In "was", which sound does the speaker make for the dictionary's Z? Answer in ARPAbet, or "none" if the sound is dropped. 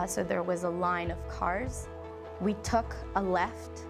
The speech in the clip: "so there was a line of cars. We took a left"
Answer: Z